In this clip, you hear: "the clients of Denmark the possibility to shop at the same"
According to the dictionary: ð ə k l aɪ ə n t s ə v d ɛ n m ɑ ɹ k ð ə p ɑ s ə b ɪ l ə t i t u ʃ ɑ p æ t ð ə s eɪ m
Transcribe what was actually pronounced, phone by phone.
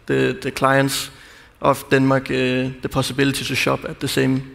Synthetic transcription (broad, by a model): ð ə k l aɪ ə n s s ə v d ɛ n m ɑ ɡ ð ə p ɑ s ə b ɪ l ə s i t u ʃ ɑ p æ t ð ə s eɪ m